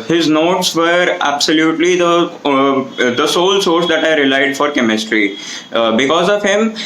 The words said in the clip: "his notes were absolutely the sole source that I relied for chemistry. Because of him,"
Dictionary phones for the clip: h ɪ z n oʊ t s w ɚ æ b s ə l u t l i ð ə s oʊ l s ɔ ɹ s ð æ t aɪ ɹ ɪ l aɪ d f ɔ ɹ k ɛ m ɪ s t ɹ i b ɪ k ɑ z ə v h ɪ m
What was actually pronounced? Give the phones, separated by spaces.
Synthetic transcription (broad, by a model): h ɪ z n oʊ t s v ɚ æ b s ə l u t l i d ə s oʊ l s ɔ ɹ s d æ t aɪ ɹ ɪ l aɪ d f ɔ ɹ k ɛ m ɪ s t ɹ i b ɪ k ɑ z ə v h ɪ m